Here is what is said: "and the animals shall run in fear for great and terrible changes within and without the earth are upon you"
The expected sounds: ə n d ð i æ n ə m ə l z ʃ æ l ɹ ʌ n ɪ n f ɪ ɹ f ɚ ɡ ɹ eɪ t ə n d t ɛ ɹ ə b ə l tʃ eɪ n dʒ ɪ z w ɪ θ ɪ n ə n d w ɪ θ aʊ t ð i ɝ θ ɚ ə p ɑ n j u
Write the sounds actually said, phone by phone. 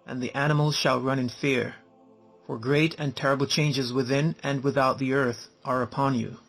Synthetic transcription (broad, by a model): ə n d ð i æ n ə m l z ʃ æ l ɹ ʌ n ɪ n f ɪ ɹ f ɚ ɡ ɹ eɪ t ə n t ɛ ɹ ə b l tʃ eɪ n dʒ ɪ z w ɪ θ ɪ n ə n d w ɪ θ aʊ t ð i ɝ θ ɚ ə p ɑ n j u